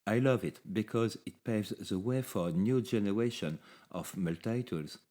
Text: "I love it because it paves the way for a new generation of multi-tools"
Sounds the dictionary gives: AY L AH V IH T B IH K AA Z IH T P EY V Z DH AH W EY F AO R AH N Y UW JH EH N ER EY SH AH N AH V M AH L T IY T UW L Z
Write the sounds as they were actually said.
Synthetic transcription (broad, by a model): AY L AH V IH T B IH K AA Z IH T P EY Z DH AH W EY F AO R AH N Y UW JH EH N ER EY SH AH N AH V M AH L T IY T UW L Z